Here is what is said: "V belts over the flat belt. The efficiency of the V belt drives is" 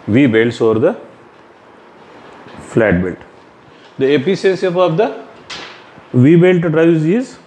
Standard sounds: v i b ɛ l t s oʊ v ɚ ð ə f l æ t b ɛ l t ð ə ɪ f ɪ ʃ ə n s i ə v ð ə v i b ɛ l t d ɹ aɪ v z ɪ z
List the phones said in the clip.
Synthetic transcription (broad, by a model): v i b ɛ l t s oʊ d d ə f l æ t b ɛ l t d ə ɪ p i s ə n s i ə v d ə v i b ɛ l t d ɹ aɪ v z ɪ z